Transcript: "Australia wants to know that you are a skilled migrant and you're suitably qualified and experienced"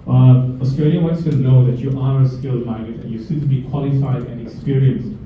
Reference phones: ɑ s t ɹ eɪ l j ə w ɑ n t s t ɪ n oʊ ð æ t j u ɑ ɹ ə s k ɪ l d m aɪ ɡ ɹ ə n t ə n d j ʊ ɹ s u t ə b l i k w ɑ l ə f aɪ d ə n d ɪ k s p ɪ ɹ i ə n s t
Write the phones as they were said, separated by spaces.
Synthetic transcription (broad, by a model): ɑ s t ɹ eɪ l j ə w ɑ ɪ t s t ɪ n oʊ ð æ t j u ɑ ɹ ə s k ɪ l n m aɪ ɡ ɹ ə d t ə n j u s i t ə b i k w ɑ l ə f aɪ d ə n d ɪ k s p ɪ ɹ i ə n s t